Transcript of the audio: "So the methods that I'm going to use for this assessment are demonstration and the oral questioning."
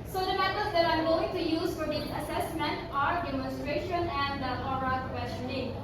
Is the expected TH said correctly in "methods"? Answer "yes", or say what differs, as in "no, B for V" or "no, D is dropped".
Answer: no, T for TH